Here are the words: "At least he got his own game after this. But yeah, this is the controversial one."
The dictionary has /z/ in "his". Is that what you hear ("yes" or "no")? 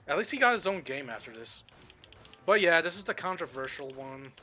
yes